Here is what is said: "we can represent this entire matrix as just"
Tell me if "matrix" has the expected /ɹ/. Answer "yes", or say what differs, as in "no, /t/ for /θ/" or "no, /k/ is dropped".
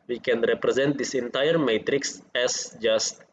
yes